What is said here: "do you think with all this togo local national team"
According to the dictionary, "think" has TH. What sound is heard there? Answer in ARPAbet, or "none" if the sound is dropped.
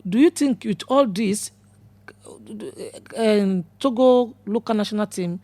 T